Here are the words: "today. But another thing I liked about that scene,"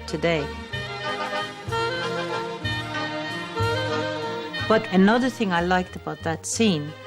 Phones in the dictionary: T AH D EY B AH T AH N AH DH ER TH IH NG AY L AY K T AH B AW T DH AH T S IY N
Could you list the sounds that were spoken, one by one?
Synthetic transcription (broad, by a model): T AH D EY B AH T AH N AH DH ER TH IH NG AY L AY K T AH B AW T DH AH T S IY N